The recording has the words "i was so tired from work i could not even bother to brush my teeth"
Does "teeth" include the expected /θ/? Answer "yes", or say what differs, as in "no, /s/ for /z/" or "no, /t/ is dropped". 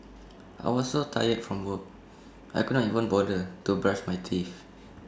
no, /f/ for /θ/